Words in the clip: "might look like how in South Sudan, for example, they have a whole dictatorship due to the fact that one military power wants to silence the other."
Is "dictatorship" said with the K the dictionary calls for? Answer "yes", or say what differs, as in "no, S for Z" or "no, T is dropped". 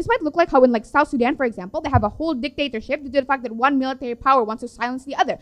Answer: yes